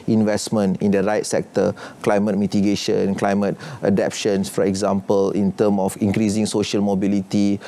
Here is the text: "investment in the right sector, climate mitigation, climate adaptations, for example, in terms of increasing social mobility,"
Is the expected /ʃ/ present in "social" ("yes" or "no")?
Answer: yes